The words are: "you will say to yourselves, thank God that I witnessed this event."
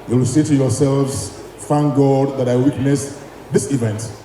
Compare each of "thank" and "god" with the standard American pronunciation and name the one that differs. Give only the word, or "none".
thank